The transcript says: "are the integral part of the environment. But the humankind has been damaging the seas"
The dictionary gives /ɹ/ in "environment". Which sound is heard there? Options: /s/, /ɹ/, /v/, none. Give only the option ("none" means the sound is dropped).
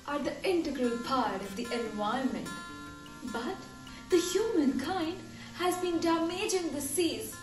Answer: none